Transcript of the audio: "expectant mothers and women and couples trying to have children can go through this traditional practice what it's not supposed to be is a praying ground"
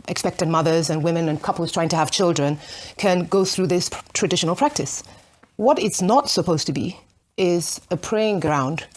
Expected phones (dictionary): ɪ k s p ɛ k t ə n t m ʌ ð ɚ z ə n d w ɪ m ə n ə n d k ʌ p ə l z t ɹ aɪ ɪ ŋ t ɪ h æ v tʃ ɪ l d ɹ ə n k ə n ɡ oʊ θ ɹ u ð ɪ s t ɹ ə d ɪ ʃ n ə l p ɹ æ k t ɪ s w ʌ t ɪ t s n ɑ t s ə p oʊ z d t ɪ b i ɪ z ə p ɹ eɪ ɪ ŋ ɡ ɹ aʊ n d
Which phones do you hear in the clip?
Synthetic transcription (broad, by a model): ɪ k s p ɛ k t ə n m ʌ ð ɚ z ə n w ɪ m ə n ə n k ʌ p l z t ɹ aɪ ɪ ŋ t ɪ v tʃ ɪ l d ɹ ə n k ə n ɡ oʊ θ ɹ u ð ɪ s t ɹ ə d ɪ ʃ n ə l p ɹ æ k t ɪ s w ʌ t ɪ t s n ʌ t s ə p oʊ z t ɪ b i ɪ z ə p ɹ eɪ ɪ ŋ ɡ ɹ aʊ n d